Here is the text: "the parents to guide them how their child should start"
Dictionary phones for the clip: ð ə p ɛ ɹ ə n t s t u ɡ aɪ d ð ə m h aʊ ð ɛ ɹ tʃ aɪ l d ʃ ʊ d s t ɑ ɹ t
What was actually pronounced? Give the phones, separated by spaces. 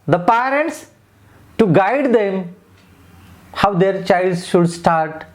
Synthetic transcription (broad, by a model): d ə p ɛ ɹ ə n t s t u ɡ aɪ d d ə m h aʊ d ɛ ɹ tʃ aɪ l d ʃ ʊ d s t ɑ ɹ t